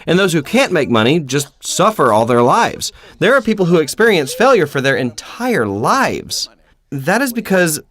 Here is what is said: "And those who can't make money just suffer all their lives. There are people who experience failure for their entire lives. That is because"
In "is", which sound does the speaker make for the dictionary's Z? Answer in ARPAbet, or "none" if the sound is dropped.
Z